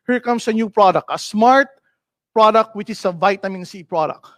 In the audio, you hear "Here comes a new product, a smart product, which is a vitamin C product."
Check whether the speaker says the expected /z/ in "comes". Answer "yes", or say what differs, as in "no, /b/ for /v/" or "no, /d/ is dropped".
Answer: no, /s/ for /z/